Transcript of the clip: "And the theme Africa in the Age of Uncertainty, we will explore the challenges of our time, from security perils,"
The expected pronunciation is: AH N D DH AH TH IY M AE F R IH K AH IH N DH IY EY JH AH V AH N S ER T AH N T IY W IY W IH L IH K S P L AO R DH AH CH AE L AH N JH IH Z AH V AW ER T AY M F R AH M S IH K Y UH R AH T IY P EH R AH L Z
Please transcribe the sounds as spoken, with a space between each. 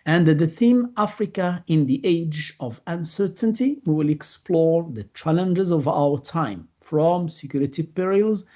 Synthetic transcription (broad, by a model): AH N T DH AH TH IY M AE F R IH K AH IH N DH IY EY JH AH V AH N S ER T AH N T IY W IY W IH L IH K S P L AO R DH AH CH AE L AH N JH IH Z AH V AW ER T AY M F R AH M S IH K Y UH R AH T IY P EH R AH L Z